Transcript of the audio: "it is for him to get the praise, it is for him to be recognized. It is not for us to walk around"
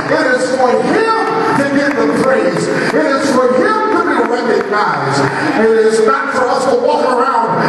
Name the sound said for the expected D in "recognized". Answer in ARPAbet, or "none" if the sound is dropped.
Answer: none